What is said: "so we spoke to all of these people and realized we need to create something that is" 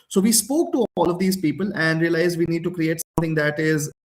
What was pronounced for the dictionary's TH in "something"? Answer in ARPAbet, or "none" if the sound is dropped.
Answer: T